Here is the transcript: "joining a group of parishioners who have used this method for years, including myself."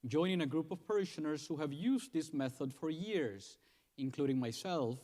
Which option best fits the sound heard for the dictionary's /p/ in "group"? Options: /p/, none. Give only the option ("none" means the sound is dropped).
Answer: /p/